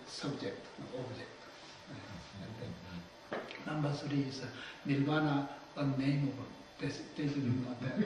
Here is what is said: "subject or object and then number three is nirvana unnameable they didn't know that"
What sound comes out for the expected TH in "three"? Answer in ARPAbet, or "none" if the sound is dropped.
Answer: S